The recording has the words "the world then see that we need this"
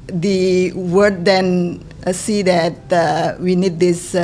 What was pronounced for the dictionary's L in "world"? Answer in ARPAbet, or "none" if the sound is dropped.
none